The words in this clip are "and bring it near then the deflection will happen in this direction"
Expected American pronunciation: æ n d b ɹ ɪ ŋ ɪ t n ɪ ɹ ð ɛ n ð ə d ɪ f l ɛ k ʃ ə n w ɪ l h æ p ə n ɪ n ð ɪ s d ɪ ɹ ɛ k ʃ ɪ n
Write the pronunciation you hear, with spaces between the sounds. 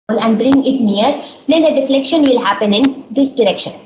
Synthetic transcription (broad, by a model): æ n d b ɹ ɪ ŋ ɪ t n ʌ ɹ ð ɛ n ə d ɪ f l ɛ k ʃ ə n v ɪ l h æ p ə n ɪ n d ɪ s d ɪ ɹ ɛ k ʃ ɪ n